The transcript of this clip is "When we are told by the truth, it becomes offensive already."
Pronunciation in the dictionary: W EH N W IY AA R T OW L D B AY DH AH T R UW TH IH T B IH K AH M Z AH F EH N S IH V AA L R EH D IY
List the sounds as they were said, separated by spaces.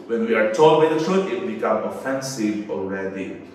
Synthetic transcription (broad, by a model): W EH N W IY AA R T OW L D B AY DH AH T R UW T IH T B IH K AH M AH F EH N S IH V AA L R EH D IY